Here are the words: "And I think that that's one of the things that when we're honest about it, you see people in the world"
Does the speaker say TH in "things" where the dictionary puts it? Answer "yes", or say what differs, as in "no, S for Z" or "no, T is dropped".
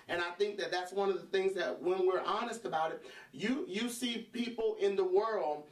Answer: yes